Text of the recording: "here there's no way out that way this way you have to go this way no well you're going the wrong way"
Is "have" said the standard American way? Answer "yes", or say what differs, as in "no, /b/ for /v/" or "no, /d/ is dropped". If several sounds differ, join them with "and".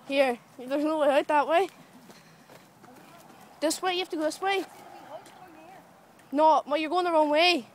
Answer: no, /f/ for /v/